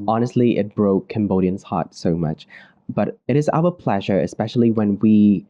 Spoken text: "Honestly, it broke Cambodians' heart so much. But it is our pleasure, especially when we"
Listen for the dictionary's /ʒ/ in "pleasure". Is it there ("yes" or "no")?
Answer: yes